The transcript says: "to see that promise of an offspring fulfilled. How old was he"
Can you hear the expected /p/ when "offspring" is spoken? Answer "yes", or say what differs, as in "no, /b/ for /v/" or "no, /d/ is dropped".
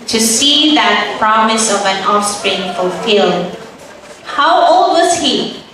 yes